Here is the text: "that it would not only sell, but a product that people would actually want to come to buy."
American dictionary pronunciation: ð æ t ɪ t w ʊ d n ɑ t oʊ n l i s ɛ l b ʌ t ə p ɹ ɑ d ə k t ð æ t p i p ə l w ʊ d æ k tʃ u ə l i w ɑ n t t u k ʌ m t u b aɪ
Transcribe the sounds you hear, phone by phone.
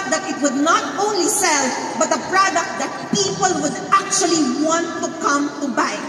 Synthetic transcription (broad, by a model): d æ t ɪ t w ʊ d n ɑ t oʊ n l i s ɛ l b ʌ t ə p ɹ ɑ d ə k t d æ t p i p ə l w ʊ d æ k tʃ u ə l i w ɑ n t t u k ʌ m t u b aɪ